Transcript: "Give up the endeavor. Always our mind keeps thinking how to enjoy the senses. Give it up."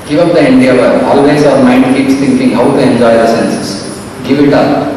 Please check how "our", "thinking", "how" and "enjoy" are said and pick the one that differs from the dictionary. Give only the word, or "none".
thinking